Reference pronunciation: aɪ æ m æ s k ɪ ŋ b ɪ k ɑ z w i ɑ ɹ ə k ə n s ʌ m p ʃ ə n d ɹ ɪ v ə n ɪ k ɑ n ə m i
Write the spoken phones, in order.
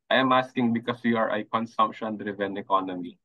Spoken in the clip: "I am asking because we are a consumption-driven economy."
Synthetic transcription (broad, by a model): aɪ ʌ m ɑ s k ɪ ŋ b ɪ k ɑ s w i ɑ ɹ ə k ə n s ʌ m p ʃ ə n d ɹ ɪ v ə n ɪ k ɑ n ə m i